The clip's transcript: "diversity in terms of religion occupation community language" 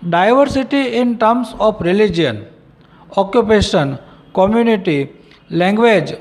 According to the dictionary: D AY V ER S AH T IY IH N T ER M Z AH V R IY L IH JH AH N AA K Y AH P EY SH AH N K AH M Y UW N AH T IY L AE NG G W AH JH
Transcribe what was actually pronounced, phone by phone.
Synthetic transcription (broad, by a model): D AY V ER S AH T IY IH N T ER M S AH P R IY L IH JH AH N AA K Y AH P EY SH AH N K AH M Y UW N AH T IY L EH NG G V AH JH